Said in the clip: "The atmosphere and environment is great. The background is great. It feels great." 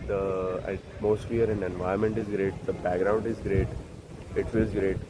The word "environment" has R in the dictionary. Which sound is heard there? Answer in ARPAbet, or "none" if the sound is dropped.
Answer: none